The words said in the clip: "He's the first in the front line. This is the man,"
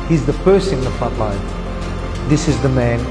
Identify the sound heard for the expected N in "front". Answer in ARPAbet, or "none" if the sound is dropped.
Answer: none